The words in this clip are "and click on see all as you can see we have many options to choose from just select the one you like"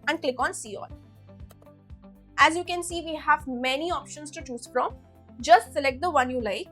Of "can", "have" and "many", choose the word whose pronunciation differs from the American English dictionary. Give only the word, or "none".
none